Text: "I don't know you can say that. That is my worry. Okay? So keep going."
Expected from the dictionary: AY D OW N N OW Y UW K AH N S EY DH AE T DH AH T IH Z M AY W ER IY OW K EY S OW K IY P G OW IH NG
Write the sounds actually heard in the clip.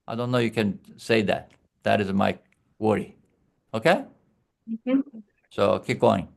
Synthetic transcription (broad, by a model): AY D OW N N OW Y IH K AH N S EY DH AE T DH AH T IH Z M AY W ER IY OW K EY S OW K IY P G OW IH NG